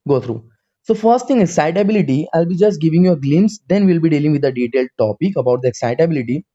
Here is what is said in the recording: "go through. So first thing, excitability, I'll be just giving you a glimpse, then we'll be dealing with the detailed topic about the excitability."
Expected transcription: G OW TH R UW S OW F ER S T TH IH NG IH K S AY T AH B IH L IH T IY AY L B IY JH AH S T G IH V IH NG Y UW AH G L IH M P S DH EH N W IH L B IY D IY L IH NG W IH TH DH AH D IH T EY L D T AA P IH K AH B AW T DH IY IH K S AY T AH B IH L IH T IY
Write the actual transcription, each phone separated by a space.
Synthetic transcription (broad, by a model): G OW T R UW S OW F ER S T T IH NG IH K S AY T AH B IH L IH T IY AY L B IY JH AH S T G IH V IH NG Y UW AH G L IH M S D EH N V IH L B IY D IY L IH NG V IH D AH D IH T EY L D T AA P IH K AH B AW T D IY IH K S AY T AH B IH L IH T IY